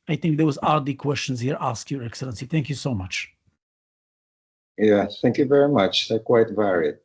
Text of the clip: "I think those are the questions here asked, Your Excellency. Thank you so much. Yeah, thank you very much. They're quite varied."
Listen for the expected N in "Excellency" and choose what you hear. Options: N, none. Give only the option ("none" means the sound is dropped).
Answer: N